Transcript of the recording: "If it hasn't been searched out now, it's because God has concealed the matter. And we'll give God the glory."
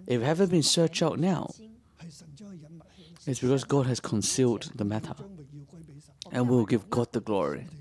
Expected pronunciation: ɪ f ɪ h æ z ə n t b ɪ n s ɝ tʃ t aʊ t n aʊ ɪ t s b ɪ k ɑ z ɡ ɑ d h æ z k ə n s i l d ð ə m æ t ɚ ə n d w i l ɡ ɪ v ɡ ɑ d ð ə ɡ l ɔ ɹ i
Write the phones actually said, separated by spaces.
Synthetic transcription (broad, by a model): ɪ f h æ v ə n b ɪ n s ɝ tʃ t aʊ t n aʊ ɪ t s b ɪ k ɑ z ɡ ɑ d h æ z k ə n s i l d ð ə m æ t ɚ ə n w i w ɡ ɪ v ɡ ɑ d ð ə ɡ l ɔ ɹ i